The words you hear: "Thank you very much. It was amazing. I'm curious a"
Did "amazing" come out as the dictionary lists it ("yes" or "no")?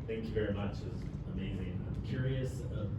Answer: yes